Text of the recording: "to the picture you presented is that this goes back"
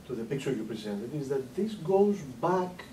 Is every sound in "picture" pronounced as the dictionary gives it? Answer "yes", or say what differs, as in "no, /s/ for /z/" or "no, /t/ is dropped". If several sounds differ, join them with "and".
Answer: no, /s/ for /tʃ/